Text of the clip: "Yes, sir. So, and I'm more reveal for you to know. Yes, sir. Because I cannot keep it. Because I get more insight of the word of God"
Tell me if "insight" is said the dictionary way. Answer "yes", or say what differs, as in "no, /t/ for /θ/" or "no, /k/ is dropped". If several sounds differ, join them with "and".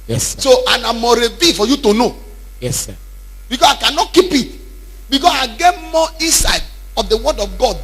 no, /n/ is dropped